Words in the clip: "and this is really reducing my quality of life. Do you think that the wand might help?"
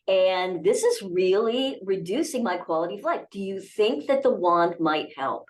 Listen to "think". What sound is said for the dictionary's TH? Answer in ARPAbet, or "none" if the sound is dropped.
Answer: TH